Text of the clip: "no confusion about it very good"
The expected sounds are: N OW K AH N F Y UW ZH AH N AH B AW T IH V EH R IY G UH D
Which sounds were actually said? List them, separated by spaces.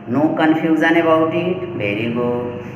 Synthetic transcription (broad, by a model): N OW K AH N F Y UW Z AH N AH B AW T IH B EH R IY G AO